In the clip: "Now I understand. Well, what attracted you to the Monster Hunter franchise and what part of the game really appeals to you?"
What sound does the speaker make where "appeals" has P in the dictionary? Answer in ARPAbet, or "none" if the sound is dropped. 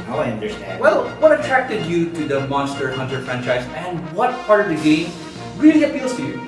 F